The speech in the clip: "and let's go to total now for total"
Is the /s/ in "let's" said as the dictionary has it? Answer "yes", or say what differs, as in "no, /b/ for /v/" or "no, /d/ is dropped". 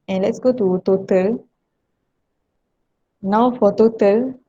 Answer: yes